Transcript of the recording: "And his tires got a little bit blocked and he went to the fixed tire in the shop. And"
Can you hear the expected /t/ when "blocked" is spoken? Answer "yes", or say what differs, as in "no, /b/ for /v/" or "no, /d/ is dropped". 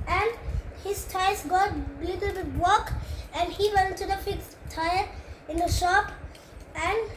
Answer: no, /t/ is dropped